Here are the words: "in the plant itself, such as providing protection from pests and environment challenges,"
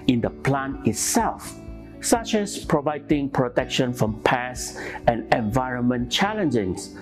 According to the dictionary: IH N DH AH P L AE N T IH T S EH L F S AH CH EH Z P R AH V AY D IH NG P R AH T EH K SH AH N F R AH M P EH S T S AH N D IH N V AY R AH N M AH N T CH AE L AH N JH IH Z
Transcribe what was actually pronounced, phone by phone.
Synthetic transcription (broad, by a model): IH N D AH P L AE N IH T S EH L F S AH CH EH S P R AH V AY D IH NG P R AH T EH K SH AH N F R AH M P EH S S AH N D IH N V AY R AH N M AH N CH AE L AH N JH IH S